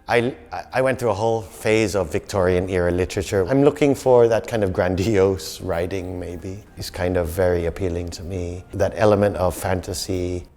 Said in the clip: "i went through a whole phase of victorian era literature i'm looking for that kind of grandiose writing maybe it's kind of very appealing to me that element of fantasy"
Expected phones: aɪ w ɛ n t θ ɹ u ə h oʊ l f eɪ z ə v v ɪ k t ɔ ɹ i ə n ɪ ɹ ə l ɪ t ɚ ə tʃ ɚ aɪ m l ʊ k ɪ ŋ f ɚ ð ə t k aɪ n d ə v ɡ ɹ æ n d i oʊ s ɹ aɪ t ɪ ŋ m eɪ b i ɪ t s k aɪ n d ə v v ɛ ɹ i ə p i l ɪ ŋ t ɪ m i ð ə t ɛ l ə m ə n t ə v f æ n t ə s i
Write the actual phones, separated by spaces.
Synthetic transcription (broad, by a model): aɪ w ɛ n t θ ɹ u ə h oʊ l f eɪ z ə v v ɪ k t ɔ ɹ i ə n ɪ ɹ ə l ɪ t ɚ ə tʃ ɚ aɪ m l ʊ k ɪ ŋ f ɚ ð ə t k aɪ n d ə v ɡ ɹ æ n d i oʊ s ɹ aɪ t ɪ ŋ m eɪ b i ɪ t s k aɪ n d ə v v ɛ ɹ i ə p i l ɪ ŋ t ɪ m i ð ə t ɛ l ə m ə n t ə v f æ n t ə s i